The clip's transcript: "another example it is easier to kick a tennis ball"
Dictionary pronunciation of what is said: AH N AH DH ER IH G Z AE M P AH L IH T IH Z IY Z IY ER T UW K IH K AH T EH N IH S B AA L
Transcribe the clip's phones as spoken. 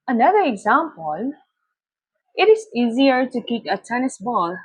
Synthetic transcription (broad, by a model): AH N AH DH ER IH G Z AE M P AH L IH T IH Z IY Z IY ER T UW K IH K AH T EH N IH S B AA L